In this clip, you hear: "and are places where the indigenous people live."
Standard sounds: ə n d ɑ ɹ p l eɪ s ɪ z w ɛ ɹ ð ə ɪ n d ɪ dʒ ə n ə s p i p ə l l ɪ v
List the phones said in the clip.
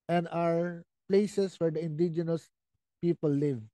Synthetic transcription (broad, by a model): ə n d ɑ ɹ p l eɪ s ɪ s w ɛ ɹ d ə ɪ n d ɪ dʒ ə n ə s p i p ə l l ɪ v